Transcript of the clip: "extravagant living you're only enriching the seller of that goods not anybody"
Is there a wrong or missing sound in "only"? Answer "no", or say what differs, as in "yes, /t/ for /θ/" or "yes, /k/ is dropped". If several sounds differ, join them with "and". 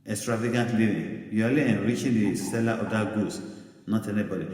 yes, /n/ is dropped